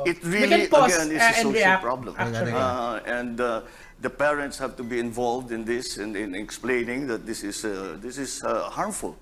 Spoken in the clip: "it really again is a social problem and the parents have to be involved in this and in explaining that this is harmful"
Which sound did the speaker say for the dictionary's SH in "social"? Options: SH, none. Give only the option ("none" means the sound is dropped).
none